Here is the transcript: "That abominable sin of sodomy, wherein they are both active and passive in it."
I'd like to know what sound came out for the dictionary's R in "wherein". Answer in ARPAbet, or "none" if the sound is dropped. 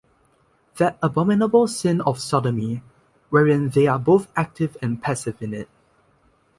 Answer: R